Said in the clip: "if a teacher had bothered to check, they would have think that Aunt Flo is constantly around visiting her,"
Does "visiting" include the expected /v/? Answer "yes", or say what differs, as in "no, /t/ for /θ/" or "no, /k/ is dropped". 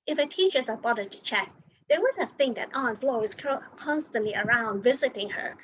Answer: yes